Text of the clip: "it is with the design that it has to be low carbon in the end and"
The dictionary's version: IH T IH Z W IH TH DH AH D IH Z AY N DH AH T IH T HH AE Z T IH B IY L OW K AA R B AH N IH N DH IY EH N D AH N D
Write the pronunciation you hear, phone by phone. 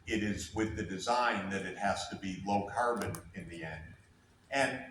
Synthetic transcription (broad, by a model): IH T IH Z W IH DH AH D IH Z AY N DH AH T IH T HH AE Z T IH B IY L OW K AA R B AH N IH N DH IY EH N D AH N